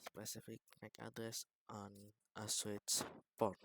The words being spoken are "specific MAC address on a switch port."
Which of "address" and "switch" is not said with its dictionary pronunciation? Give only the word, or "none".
switch